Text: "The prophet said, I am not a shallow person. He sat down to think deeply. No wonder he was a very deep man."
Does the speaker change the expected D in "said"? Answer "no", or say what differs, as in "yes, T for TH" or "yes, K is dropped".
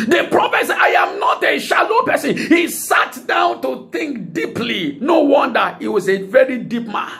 yes, D is dropped